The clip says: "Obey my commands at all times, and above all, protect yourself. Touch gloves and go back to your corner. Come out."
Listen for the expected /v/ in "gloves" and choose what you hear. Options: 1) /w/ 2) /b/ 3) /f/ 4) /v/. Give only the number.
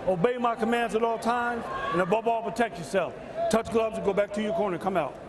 2